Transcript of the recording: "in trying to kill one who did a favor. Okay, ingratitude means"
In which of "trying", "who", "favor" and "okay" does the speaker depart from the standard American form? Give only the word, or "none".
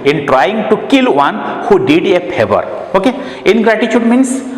favor